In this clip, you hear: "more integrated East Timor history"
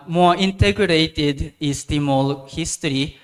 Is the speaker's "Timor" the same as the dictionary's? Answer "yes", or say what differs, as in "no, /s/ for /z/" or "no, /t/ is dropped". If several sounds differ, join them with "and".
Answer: no, /l/ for /ɹ/